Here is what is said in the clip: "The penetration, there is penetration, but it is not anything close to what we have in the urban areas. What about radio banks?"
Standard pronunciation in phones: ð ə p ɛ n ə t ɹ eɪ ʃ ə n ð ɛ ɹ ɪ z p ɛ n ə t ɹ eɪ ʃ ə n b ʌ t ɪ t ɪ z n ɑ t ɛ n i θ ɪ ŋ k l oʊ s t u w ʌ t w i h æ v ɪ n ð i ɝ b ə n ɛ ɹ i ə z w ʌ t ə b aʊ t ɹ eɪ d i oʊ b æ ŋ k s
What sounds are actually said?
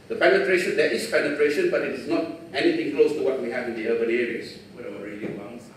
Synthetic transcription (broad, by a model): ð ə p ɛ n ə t ɹ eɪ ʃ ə n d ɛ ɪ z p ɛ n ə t ɹ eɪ ʃ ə n b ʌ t ɪ t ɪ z n ɑ t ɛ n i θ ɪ ŋ k l oʊ s t u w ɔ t w i h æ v ɪ n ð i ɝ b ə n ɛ ɹ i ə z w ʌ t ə aʊ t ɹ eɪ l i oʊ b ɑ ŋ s